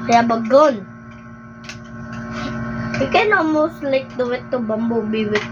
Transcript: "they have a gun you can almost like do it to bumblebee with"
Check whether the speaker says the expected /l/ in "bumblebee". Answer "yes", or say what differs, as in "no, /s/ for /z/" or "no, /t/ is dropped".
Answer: no, /l/ is dropped